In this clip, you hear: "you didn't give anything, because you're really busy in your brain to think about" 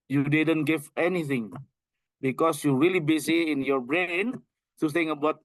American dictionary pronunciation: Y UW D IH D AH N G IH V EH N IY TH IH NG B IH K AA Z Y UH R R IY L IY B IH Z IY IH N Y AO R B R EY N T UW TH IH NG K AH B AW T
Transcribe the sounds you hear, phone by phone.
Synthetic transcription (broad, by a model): Y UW D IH D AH N G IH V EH N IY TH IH NG B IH K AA S Y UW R R IY L IY B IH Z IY IH N Y AO R B R EY N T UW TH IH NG AH B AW T